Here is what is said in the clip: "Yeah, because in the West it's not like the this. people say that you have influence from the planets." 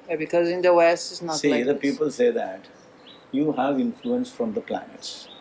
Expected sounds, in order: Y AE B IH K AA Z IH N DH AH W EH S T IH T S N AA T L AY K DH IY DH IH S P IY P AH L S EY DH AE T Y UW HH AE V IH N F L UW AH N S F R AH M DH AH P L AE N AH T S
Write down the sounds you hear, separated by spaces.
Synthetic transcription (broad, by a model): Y B IH K AA Z IH N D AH W EH S T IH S N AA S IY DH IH P IY P AH L S EY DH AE T Y UW HH AE V IH N F L UW AH N S F R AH M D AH P L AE N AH T S